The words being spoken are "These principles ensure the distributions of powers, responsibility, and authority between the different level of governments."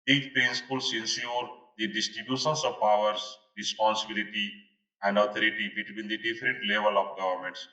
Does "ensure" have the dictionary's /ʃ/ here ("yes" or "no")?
no